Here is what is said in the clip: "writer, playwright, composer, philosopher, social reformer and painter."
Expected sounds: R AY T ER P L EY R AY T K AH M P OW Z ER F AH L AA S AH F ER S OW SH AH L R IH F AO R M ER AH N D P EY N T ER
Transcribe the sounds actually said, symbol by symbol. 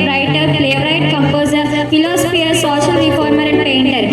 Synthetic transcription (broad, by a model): R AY T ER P L EY R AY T K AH M P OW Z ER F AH L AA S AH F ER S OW S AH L R IH F AO R M ER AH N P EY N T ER